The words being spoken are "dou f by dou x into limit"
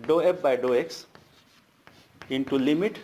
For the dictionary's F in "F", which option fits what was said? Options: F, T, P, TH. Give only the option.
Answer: P